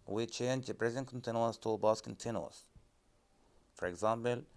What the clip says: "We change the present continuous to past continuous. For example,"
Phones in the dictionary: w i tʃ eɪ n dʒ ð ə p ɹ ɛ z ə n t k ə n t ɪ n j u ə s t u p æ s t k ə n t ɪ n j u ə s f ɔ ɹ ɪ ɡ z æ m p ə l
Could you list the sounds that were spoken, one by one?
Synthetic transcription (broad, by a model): w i tʃ eɪ n dʒ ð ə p ɹ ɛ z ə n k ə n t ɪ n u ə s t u b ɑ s k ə n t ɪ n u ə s f ɔ ɹ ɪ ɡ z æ m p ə l